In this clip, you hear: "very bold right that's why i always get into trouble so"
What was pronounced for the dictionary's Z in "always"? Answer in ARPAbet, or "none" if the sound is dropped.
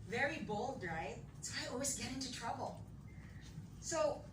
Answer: Z